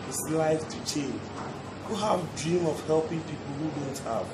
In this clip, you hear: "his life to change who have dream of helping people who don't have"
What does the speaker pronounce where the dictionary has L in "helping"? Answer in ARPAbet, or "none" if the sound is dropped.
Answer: L